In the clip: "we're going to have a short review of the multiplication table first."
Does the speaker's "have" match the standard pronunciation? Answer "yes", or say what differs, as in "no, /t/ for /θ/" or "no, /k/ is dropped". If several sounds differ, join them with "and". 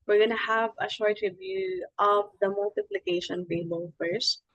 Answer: yes